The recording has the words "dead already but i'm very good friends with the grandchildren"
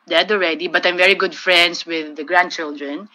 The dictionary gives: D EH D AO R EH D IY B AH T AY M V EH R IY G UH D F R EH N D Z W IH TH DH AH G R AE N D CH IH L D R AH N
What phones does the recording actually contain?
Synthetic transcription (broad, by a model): D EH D AO R EH D IY B AH T AY M V EH R IY G UH D F R EH N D S W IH DH AH G R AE N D CH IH L D R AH N